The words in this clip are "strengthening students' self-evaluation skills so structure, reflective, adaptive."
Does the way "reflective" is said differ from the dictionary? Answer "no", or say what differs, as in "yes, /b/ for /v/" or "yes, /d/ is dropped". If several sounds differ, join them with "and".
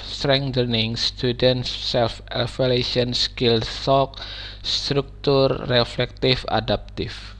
yes, /f/ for /v/